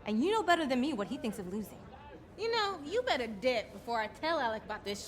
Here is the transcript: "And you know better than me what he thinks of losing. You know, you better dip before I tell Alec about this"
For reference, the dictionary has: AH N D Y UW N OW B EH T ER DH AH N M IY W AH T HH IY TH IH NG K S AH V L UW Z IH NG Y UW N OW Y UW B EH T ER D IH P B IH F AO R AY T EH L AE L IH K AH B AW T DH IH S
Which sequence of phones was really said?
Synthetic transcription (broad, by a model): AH N Y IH N OW B EH T ER DH AH N M IY W AH T HH IY TH IH NG K S AH V L UW Z IH NG Y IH N OW Y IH B EH T ER D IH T B IH F AO R AY T EH L AE L IH K AH B AW T DH IH S